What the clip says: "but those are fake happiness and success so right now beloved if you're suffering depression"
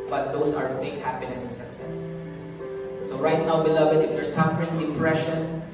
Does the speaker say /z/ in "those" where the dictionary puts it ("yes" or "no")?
no